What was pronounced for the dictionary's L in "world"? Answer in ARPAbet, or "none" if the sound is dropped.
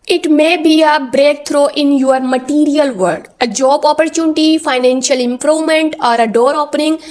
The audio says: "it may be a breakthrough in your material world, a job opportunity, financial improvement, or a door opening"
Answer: none